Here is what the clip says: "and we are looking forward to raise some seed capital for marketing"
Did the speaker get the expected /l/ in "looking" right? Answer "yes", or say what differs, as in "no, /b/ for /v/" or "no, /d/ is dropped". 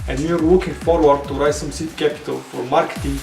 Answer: no, /w/ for /l/